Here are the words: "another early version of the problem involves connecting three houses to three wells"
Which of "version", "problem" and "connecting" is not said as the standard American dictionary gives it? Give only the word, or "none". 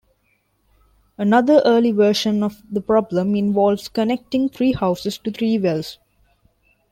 version